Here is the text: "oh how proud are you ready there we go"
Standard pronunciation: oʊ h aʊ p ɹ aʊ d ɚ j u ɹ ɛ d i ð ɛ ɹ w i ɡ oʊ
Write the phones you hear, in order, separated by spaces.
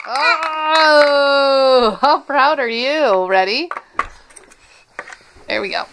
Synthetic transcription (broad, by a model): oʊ h aʊ p ɹ aʊ d ɚ j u ɹ ɛ d i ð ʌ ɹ w i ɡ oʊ